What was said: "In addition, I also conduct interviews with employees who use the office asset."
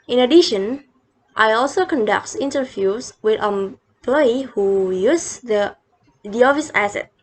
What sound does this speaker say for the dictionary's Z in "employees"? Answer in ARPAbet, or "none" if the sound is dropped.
none